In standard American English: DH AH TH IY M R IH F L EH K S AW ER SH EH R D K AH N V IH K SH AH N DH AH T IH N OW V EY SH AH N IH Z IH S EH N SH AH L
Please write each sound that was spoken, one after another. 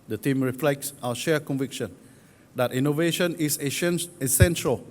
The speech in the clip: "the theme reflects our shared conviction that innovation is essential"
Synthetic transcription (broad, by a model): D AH T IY M R IH F L EH K S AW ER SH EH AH K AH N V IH K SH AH N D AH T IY N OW V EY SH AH N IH S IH S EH N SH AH L